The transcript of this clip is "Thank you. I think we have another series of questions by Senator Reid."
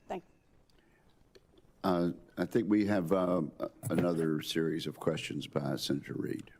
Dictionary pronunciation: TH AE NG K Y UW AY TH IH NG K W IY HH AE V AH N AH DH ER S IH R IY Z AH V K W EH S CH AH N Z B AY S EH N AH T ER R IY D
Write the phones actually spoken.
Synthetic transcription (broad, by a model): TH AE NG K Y AY TH IH NG K W IY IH V AH N AH DH ER S IH R IY Z AH V K W EH S CH AH N Z B AY S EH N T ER R IY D